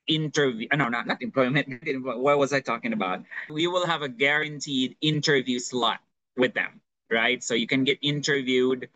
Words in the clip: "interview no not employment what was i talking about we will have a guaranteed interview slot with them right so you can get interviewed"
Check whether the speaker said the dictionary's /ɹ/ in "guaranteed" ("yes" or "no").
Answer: yes